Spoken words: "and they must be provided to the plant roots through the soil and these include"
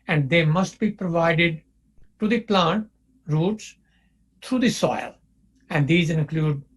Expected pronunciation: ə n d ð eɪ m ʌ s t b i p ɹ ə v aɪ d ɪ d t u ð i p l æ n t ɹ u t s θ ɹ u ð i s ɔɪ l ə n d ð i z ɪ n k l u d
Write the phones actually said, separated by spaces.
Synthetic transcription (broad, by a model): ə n d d eɪ m ʌ s t b i p ɹ ə v aɪ d ɪ d t u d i p l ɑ n t ɹ u t s t ɹ u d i s ɔɪ l ə n d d i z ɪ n k l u d